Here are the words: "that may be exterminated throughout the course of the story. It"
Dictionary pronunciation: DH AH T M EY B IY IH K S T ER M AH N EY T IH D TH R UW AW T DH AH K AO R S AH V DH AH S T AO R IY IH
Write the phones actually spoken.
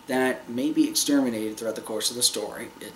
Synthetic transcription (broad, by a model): DH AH T M EY B IY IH K S T ER M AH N EY T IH D TH R UW AW T DH AH K AO R S AH V DH AH S T AO R IY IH